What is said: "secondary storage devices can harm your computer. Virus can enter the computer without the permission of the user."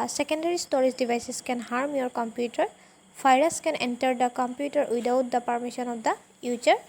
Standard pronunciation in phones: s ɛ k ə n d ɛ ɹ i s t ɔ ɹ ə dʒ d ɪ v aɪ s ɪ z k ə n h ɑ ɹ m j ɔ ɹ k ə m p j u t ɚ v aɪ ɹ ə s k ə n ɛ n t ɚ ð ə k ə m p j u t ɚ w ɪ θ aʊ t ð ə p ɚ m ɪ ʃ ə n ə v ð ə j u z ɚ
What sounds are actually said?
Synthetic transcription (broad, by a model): s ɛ k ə n d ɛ ɹ i s t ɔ ɹ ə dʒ d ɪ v aɪ s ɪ s k ə n h ɑ ɹ m j ɔ ɹ k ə m p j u t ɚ p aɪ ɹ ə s k ə n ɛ n t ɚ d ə k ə m p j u t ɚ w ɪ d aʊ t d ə p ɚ m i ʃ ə n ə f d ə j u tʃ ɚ